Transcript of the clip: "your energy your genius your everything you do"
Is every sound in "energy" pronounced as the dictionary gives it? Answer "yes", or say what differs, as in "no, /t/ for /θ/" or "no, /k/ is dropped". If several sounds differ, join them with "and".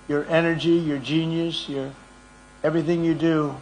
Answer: yes